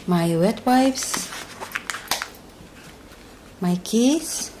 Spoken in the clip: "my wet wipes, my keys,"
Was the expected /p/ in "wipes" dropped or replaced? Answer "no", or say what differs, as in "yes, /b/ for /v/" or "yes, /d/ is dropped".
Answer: yes, /f/ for /p/